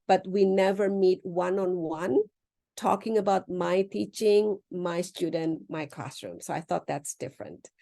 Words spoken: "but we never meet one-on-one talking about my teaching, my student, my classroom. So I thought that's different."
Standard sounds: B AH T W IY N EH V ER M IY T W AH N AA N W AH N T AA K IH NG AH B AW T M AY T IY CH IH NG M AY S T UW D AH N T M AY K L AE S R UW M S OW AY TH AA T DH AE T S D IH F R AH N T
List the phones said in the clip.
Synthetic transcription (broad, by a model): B AH T W IY N EH V ER M IY T W AH N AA N W AH N T AA K IH NG AH B AW T M AY T IY CH IH NG M AY S T UW D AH N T M AY K L AE S R UW M S OW AY TH AA T DH AE T S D IH F R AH N T